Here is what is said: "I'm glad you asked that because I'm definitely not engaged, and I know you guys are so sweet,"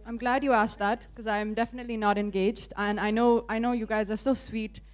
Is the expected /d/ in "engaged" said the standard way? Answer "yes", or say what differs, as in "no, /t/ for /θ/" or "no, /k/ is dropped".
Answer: yes